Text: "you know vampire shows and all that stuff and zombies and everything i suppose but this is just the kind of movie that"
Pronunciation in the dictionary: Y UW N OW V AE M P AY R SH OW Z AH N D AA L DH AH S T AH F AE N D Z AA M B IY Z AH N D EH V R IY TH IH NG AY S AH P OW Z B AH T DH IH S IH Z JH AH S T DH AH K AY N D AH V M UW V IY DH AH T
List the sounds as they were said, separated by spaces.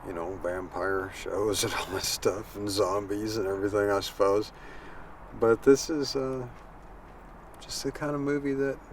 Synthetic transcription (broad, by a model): Y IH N OW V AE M P AY R SH OW Z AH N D AA L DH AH S T AH F N Z AA M B IY Z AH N EH V R IY TH IH NG AY S AH P OW Z B AH T DH IH S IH Z JH AH S T DH AH K AY N D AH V M UW V IY DH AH T